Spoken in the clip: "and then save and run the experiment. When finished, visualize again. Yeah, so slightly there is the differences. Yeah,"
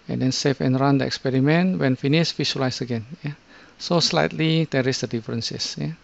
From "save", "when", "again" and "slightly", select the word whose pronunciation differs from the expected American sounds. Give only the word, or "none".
save